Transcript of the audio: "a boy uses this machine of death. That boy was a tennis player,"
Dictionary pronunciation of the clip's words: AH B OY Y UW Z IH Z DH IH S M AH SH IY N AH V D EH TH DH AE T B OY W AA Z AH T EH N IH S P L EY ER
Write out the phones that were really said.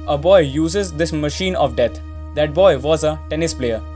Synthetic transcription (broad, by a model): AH B OY Y UW Z IH Z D IH S M AH SH IY N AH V D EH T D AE T B OY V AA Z AH T EH N IH S P L EY ER